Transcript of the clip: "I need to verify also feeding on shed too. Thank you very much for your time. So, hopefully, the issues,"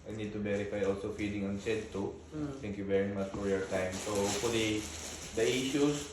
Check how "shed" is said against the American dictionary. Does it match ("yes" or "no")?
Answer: no